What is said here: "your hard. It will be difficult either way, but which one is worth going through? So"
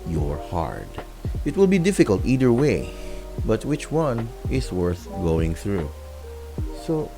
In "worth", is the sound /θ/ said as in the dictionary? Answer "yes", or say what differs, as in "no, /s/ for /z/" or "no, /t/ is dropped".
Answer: yes